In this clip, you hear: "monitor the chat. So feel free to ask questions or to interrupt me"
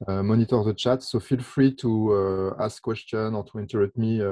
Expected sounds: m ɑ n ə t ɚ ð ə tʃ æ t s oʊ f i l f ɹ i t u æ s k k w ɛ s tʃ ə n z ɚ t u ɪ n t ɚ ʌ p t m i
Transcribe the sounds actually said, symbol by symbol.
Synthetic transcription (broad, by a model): m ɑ n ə t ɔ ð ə tʃ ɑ t s oʊ f i l f ɹ i t u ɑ s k k w ɛ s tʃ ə n ɔ t u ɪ n t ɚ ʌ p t m i